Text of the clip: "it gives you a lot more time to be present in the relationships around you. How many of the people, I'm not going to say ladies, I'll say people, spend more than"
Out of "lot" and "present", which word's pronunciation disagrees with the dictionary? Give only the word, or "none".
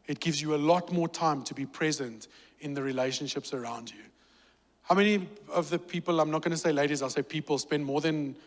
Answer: none